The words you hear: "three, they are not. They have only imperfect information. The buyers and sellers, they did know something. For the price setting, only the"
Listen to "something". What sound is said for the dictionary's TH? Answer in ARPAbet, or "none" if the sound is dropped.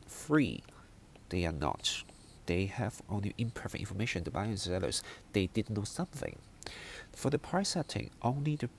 TH